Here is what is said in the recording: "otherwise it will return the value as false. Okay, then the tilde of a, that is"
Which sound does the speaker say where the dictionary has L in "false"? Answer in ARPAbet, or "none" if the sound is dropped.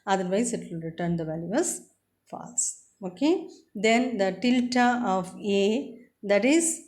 none